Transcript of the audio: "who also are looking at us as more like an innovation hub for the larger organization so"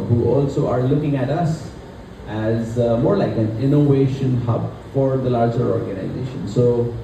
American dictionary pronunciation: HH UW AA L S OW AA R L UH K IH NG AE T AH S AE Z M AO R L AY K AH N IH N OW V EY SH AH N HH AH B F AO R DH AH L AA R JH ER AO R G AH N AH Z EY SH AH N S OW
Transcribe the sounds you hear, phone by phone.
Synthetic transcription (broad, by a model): HH UW AA L S OW AA R L UH K IH NG AE T AH S AE Z M AO R L AY K AH N IH N OW V EY SH AH N HH AH B F AO R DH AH L AA R JH ER AO R G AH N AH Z EY SH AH N S OW